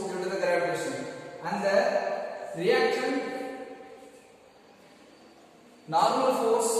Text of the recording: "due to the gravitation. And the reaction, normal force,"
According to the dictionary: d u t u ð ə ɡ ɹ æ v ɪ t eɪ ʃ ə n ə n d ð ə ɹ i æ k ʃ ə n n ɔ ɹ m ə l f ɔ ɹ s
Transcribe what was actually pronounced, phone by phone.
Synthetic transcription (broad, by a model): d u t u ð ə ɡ ʌ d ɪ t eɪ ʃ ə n ə n d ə ɹ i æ k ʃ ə n n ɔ ɹ m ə l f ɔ ɹ s